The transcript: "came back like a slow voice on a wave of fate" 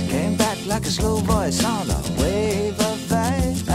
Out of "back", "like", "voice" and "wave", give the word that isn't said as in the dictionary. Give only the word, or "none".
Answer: voice